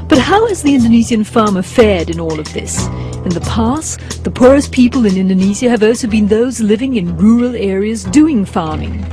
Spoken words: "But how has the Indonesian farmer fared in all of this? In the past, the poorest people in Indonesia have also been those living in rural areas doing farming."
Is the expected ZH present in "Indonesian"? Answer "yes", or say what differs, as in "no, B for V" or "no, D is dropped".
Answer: no, Z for ZH